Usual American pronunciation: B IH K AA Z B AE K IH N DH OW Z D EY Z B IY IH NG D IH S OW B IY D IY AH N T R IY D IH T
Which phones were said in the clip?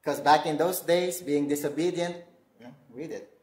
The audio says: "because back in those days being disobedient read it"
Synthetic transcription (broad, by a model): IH K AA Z B AE K IH N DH OW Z D EY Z B IY IH NG D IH S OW B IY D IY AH N T W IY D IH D